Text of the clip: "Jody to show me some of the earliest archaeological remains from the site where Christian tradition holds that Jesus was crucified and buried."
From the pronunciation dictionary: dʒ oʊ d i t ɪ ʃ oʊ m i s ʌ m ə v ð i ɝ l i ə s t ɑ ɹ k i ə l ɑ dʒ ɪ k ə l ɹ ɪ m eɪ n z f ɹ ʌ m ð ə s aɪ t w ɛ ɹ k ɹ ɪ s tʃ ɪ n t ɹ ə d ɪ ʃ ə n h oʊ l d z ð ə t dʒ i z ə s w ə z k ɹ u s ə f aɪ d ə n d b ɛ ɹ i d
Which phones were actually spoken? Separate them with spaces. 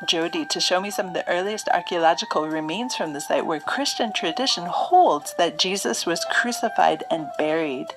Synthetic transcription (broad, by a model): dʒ oʊ d i t ɪ ʃ oʊ m i s ʌ m ə v ð i ɝ l i ə s t ɑ ɹ k i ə l ɑ dʒ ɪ k l ɹ ɪ m eɪ n z f ɹ ʌ m ð ə s aɪ t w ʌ ɹ k ɹ ɪ s tʃ ɪ n t ɹ ə d ɪ ʃ ə n h oʊ l d z ð ə t dʒ i z ə s w ə z k ɹ u s ə f aɪ d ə n b ɛ ɹ i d